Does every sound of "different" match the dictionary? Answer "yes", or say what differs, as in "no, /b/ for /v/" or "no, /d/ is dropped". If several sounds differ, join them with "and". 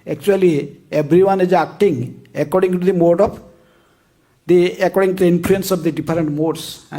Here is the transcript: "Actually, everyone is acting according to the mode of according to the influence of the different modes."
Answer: no, /p/ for /f/